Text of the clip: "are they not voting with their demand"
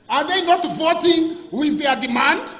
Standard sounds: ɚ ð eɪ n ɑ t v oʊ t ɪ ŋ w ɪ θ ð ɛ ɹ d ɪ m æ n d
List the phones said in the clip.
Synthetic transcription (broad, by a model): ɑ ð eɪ n ɑ t v oʊ t ɪ ŋ w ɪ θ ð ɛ d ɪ m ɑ n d